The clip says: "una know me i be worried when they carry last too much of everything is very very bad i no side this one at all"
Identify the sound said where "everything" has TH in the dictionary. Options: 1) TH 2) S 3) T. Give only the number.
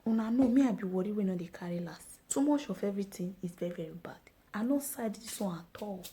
3